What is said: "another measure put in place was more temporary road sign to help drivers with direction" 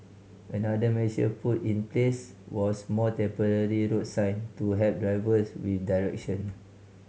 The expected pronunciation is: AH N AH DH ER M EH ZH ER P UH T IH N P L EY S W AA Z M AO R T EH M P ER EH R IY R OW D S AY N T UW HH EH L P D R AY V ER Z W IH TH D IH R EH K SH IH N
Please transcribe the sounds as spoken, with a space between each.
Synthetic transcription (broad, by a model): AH N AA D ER M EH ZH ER P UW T IH N P L EY S W AA S M AO T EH M P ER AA R IY R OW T S AY N T UW HH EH P D R AY V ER S W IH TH D IH R EH K SH IH N